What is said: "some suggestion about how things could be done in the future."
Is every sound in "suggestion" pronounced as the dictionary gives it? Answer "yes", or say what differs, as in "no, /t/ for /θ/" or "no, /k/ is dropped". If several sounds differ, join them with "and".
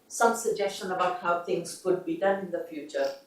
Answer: yes